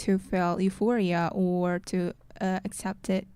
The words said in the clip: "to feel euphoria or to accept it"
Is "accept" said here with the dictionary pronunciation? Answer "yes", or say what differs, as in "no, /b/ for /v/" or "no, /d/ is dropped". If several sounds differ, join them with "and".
yes